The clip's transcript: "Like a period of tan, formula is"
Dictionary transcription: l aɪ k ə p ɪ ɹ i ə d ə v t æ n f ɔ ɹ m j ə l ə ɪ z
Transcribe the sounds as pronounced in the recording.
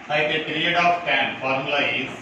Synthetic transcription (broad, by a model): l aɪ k ə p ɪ ɹ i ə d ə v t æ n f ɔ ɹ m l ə ə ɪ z